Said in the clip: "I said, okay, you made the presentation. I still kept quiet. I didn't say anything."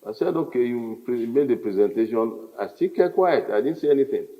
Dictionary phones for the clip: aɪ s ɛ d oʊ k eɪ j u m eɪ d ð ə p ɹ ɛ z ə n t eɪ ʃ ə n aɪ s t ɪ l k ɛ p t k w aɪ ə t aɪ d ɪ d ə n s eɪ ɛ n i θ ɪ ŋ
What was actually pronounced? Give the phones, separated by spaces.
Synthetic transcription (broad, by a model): aɪ s ɛ d oʊ k eɪ j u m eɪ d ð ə p ɹ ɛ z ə n t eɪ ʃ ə n aɪ s t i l k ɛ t k w aɪ ə t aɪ d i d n s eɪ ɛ n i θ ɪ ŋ